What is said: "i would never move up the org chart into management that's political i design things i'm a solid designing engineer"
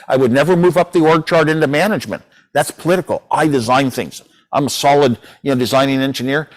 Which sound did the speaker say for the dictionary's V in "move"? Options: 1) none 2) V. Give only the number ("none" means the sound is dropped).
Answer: 2